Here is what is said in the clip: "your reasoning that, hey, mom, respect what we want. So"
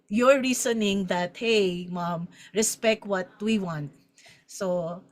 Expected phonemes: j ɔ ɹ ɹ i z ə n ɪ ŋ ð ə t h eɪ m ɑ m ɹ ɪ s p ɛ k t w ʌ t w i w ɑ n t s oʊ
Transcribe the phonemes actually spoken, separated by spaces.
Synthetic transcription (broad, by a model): j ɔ ɹ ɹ i s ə n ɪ ŋ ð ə t h eɪ m ɑ m ɹ ɪ s p ɛ k t w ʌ t w i w ɑ n t s oʊ